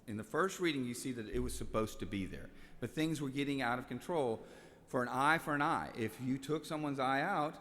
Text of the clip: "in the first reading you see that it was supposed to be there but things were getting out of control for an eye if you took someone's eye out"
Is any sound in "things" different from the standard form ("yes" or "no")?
no